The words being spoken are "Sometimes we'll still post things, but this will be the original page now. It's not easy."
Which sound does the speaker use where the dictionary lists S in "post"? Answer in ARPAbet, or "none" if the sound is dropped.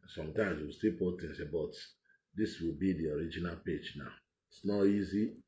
none